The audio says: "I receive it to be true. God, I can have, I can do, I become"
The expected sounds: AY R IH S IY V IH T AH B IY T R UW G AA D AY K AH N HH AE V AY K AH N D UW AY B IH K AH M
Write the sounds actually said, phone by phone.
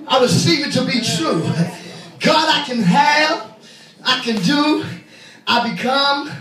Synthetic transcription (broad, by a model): AY W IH S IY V IH T AH B IY T R UW G AA D AY K AH N HH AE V AY K AH N D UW AY B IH K AH M